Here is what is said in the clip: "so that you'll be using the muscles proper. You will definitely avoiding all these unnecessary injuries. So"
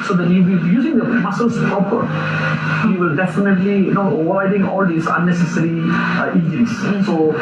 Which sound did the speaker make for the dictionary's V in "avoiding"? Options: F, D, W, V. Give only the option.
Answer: W